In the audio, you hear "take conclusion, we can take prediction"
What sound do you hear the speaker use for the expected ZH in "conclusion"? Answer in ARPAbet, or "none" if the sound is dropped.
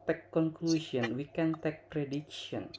S